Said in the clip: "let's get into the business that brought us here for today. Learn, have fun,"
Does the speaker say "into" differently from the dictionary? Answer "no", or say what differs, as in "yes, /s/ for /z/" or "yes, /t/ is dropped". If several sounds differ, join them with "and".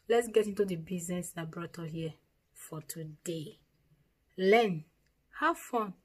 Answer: no